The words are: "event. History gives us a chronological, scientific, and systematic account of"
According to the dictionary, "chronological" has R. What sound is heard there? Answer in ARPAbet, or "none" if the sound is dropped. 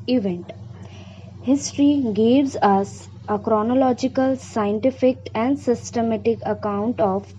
R